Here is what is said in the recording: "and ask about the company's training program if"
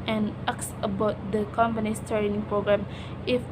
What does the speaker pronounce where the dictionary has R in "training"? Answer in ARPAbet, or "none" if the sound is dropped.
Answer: none